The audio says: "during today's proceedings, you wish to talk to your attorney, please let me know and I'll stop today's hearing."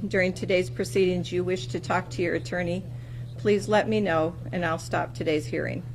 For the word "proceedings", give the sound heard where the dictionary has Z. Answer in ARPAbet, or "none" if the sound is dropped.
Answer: Z